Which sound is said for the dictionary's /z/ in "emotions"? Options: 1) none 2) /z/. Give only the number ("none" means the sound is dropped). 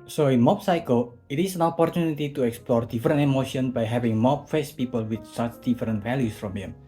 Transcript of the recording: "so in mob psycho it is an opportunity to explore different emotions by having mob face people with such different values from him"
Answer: 1